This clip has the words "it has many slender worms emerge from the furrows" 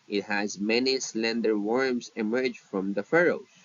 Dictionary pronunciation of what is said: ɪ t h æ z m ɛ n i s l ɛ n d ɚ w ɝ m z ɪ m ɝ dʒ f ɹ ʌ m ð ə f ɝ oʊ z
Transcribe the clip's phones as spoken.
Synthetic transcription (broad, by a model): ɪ t h æ z m ɛ n i s l ɛ n d ɚ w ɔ m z ɪ m ɝ dʒ f ɹ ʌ m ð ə f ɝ oʊ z